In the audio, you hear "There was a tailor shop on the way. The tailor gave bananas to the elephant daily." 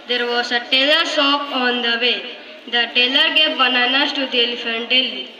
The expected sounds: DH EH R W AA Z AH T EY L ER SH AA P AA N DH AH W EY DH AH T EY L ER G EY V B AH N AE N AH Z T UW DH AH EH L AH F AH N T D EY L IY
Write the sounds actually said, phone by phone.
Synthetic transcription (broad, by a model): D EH R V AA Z AH T EY L ER S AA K AA N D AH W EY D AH T EY L ER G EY P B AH N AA N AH S T UW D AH L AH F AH N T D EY L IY